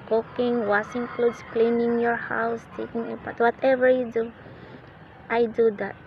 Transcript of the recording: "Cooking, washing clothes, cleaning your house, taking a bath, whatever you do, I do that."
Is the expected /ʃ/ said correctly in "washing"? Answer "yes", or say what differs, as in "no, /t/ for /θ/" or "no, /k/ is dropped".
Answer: no, /s/ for /ʃ/